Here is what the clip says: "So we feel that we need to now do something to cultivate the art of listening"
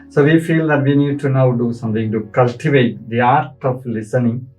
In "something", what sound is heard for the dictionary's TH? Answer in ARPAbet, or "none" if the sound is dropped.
T